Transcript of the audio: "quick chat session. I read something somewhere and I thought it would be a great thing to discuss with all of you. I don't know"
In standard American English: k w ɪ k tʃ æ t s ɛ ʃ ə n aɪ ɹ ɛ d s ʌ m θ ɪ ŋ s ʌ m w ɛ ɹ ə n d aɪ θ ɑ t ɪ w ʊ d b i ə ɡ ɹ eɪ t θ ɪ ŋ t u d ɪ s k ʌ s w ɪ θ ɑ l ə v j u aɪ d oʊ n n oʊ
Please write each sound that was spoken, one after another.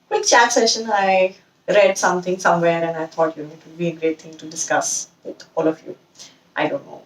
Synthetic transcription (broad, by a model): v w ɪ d tʃ æ t s ɛ ʃ ə n aɪ ɹ ɛ d s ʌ m t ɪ ŋ s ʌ m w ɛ ɹ ə n d aɪ t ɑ t ɪ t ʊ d b i ə ɡ ɹ eɪ t t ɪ ŋ t u d ɪ s k ʌ s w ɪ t ɑ l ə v j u aɪ d oʊ n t oʊ